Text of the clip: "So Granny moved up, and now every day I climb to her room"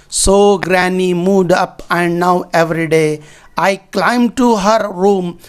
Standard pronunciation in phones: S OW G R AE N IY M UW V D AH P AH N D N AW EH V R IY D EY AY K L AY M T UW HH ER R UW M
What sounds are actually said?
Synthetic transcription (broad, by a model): S OW G R AE N IY M UW D AH P AH N D N AW EH V R IY D EY AY K L AY M T UW HH ER R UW M